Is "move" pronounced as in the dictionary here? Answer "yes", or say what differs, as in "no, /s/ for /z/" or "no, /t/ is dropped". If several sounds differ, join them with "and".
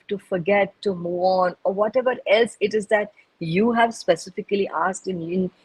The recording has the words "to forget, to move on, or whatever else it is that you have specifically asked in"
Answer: no, /v/ is dropped